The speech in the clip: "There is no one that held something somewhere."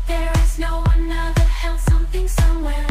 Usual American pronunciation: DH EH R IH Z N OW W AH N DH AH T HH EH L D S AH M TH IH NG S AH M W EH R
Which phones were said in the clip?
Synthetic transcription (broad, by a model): DH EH R IH Z N OW W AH N DH AH T HH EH L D S AH M TH IH NG S AH M W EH R